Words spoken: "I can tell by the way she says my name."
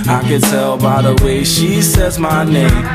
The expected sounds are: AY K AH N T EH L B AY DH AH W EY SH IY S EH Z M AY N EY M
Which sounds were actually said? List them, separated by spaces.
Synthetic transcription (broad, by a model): AY K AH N T EH L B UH DH AH W EY SH IY S EH Z M AY N EY M